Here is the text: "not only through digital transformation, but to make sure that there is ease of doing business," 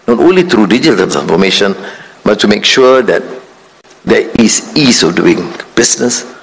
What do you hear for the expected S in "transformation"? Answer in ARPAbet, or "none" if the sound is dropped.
none